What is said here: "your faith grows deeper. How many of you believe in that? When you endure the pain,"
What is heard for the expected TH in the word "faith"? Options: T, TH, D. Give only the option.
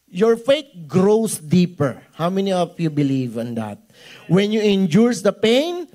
T